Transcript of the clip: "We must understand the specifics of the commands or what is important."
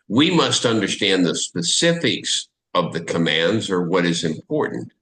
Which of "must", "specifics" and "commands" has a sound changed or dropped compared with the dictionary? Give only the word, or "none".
none